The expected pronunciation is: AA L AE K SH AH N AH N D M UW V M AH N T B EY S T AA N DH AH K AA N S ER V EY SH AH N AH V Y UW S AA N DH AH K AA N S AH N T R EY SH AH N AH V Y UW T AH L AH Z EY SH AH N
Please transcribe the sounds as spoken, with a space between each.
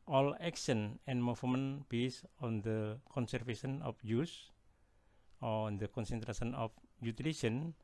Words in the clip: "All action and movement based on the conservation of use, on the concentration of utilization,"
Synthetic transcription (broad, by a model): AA L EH K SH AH N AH N M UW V M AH N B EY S AA N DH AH K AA N S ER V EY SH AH N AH F Y UW S AA N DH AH K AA N S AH N T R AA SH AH N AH F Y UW T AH L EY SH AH N